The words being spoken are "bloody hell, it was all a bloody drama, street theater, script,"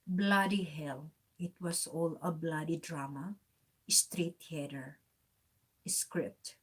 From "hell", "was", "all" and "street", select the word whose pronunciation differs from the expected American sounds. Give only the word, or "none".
was